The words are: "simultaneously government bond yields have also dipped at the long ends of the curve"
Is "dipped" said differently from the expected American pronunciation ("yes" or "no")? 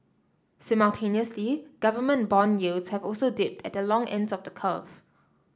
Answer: no